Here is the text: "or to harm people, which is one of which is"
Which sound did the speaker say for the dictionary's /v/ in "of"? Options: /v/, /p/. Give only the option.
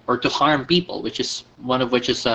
/v/